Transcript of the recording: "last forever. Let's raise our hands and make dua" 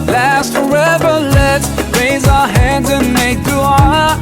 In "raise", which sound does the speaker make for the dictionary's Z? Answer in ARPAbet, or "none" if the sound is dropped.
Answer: Z